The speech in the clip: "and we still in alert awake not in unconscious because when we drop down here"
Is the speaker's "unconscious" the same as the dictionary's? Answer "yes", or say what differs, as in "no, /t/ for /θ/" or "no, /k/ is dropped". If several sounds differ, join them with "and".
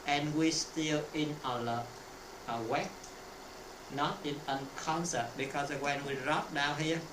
no, /s/ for /ʃ/